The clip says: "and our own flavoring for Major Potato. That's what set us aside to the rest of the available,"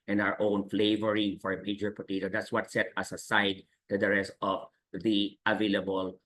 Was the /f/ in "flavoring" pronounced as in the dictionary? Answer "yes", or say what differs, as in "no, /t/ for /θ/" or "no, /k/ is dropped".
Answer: yes